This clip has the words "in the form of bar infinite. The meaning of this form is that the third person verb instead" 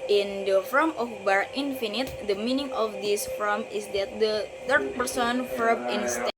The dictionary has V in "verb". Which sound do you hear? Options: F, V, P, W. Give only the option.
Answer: F